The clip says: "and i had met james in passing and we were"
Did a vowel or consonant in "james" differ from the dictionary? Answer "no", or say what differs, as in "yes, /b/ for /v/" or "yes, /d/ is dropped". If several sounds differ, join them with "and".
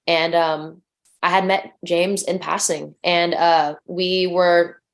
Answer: no